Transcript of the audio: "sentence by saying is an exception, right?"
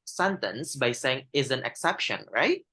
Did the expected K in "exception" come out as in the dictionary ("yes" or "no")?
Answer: yes